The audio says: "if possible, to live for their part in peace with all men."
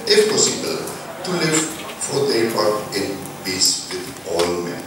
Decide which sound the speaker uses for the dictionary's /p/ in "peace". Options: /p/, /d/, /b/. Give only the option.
/b/